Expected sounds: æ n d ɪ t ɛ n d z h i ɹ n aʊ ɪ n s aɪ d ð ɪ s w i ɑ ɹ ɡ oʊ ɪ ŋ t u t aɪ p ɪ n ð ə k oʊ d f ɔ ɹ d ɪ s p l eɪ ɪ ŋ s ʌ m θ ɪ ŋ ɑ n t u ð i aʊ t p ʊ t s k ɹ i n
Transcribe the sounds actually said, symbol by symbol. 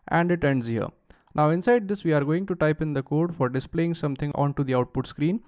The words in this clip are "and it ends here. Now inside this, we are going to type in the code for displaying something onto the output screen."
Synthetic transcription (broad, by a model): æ n d ɪ t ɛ n d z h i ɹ n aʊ ɪ n s aɪ d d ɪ s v i ɑ ɹ ɡ oʊ ɪ ŋ t u t aɪ p ɪ n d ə k oʊ d f ɔ ɹ d ɪ s p l eɪ ɪ ŋ s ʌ m t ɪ ŋ ɑ n t u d i aʊ t p ʊ t s k ɹ i n